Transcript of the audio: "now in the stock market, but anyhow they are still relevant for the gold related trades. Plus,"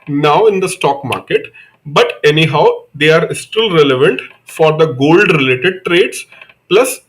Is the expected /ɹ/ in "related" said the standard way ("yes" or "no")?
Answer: yes